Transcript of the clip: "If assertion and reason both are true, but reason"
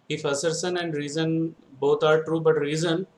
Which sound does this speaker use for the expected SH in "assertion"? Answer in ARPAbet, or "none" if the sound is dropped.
S